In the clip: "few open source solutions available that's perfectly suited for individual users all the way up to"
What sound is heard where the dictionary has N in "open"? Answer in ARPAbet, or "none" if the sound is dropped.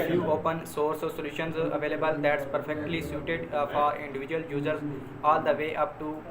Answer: N